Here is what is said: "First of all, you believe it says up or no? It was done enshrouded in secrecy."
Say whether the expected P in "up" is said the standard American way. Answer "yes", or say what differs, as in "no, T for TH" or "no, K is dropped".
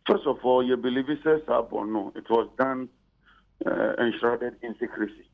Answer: no, B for P